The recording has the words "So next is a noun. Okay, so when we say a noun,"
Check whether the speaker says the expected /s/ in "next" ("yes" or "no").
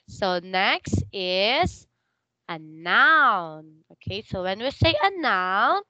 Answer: yes